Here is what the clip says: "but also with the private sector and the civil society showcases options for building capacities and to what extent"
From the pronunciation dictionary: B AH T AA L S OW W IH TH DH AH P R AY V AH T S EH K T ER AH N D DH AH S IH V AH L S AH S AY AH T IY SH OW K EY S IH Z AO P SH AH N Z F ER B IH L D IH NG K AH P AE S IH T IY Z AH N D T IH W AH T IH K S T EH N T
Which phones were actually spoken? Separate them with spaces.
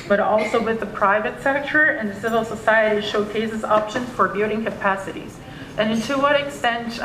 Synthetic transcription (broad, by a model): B AH T AA L S OW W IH DH AH P R AY V AH T S EH K T ER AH N DH AH S IH V L S AH S AY AH T IY SH OW K EY S IH Z AO P SH AH N Z F ER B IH D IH NG K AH P AE S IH T IY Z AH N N T IH W AH T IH K S T EH N T